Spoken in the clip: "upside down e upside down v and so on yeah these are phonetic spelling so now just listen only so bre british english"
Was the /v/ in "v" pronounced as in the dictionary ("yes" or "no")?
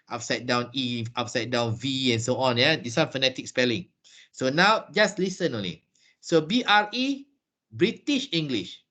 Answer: yes